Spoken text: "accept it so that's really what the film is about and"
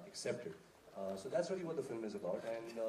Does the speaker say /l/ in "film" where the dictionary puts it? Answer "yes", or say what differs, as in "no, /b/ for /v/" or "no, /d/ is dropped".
yes